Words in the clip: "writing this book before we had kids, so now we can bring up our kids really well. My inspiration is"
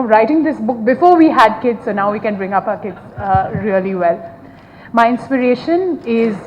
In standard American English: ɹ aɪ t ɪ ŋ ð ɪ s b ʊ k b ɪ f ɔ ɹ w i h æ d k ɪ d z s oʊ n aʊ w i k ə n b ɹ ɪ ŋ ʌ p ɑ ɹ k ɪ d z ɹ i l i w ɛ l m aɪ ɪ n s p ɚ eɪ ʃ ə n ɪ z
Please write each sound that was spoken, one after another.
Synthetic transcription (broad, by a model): ɹ aɪ t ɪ ŋ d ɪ s b ʊ k b ɪ f ɔ ɹ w i h æ d k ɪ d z s oʊ n aʊ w i k ə n b ɹ ɪ ŋ ʌ p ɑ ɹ k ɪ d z ɹ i l i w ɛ l m aɪ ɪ n s p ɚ eɪ ʃ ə n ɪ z